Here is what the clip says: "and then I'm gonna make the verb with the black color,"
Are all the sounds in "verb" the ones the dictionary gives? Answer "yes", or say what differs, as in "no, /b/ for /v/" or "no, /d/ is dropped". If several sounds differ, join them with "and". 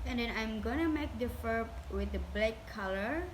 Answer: no, /f/ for /v/